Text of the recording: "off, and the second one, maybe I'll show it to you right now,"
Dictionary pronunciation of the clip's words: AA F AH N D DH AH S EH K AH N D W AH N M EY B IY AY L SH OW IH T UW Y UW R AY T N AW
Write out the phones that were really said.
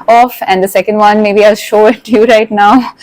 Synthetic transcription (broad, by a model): AA F AH N D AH S EH K AH N D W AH N M EY B IY AY L SH OW IH T UW Y UW R AY T N AW